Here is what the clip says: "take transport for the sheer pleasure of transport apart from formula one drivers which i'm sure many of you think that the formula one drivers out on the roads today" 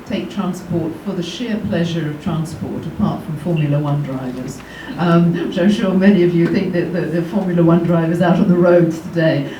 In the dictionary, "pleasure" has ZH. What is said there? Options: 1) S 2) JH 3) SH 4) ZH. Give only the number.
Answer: 4